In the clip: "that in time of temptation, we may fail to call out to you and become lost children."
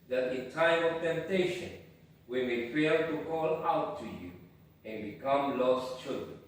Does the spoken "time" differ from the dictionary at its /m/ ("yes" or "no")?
yes